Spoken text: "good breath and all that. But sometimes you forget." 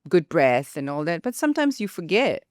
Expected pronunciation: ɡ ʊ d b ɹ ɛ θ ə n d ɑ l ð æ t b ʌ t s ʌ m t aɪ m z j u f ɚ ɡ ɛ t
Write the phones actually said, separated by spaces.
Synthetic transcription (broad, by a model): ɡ ʊ d b ɹ ɛ θ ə n ɑ l ð æ t b ʌ t s ʌ m t aɪ m z j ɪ f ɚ ɡ ɛ t